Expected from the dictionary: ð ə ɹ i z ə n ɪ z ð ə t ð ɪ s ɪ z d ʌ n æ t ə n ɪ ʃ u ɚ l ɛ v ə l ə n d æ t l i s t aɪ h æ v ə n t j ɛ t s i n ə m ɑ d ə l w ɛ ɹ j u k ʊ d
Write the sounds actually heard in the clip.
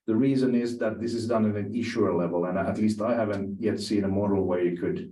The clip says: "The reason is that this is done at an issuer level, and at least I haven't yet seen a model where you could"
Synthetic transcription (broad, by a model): ð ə ɹ i z ə n ɪ z ð ə t ð ɪ s ɪ z d ʌ n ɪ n ə n ɪ ʃ u ɚ l ɛ v ə l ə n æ t l i s t aɪ h æ v ə n t j ɛ t s i n ə m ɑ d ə l w ɛ ɹ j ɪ k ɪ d